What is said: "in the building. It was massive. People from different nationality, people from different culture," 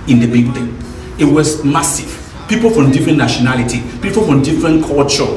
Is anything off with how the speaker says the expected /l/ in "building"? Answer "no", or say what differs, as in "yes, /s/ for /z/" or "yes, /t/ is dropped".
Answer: yes, /n/ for /l/